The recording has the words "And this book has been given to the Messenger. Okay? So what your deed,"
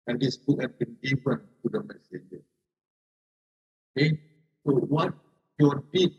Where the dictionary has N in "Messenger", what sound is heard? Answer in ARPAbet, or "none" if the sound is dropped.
none